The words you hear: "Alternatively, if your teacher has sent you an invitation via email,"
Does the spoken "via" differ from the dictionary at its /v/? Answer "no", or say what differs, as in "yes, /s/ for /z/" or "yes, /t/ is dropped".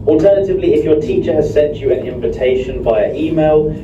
yes, /b/ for /v/